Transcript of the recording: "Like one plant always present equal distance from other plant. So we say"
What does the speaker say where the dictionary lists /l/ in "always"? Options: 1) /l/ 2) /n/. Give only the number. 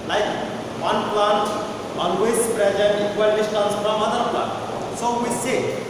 2